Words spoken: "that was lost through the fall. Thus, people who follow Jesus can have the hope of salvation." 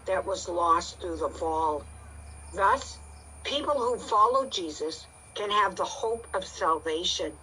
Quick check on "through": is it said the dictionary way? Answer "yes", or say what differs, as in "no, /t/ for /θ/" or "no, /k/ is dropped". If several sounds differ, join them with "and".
yes